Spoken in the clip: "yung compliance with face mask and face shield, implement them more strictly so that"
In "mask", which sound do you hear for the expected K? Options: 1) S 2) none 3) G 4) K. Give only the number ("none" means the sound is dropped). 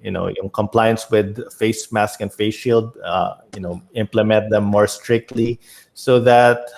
4